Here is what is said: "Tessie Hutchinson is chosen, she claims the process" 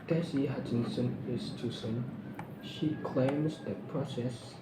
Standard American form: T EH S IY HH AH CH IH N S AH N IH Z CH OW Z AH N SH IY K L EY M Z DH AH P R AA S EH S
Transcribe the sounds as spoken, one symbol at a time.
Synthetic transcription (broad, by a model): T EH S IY HH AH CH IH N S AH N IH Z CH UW S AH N SH IY K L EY M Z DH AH P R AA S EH S